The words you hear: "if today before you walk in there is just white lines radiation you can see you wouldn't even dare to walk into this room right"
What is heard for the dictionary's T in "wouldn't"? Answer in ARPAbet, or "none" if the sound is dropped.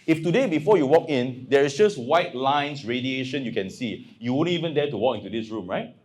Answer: none